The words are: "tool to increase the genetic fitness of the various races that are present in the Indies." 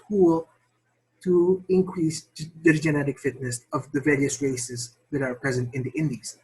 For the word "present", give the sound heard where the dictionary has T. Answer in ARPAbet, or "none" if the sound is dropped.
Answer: T